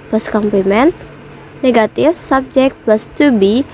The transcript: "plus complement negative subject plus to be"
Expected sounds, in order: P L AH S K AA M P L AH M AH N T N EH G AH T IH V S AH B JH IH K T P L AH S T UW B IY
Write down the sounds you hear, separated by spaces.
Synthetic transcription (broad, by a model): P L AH S K AA M P L AH M AH N T N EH G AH T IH F S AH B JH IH K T P L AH S T UW B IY